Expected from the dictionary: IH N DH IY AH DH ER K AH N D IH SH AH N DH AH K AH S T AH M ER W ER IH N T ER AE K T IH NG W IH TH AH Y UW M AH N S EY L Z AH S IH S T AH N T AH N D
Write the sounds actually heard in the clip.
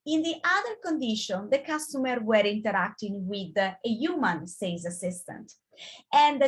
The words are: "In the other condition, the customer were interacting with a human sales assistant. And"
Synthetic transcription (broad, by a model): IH N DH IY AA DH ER K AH N D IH SH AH N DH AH K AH S T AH M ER W ER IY N T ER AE K T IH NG W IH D AH Y UW M AH N S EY Z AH S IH S T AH N T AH N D